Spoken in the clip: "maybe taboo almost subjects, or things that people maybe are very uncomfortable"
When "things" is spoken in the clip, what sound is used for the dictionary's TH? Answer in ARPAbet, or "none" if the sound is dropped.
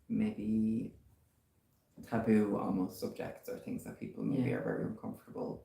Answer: TH